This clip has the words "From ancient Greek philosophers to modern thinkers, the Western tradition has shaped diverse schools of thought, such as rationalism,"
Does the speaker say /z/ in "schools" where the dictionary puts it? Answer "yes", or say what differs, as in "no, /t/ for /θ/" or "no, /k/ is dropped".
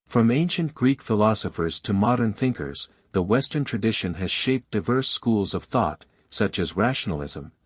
yes